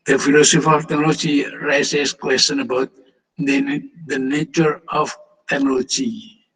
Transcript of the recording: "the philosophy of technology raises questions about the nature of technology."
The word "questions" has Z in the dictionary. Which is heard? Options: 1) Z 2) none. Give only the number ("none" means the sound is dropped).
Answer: 2